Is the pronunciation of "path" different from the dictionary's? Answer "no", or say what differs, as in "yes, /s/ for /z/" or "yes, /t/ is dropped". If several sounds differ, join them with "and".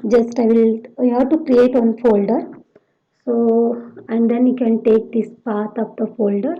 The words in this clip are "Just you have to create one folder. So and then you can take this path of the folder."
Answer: yes, /t/ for /θ/